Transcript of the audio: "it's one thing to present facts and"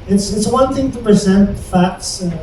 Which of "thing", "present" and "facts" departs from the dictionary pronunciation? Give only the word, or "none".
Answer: none